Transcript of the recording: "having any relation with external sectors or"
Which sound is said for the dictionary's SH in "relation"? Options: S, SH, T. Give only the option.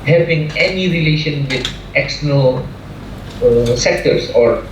SH